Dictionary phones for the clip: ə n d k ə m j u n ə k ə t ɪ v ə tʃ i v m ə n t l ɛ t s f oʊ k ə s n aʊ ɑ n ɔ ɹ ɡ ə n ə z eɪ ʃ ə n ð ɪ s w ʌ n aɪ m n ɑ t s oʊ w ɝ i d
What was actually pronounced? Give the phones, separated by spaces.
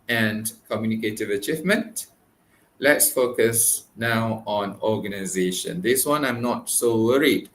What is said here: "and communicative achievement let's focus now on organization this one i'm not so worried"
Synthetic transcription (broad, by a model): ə n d k ə m j u n ə k ə t ɪ v ə tʃ i v m ə n t l ɛ t s f oʊ k ə s n aʊ ɑ n ɔ ɡ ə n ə z eɪ ʃ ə n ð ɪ s w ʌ n aɪ m n ɑ t s oʊ w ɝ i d